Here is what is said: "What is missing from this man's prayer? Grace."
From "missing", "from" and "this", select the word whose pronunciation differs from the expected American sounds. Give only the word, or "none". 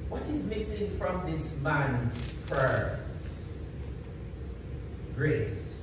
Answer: none